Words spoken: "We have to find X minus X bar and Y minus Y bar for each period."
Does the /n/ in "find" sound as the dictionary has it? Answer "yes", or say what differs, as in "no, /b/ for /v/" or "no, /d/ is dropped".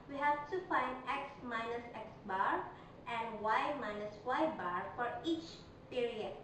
yes